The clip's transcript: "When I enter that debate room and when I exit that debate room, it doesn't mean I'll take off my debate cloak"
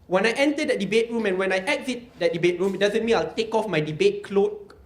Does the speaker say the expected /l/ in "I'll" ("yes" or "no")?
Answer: yes